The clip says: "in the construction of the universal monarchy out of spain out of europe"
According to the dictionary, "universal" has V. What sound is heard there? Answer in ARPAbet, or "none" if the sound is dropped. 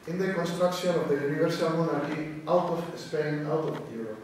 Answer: B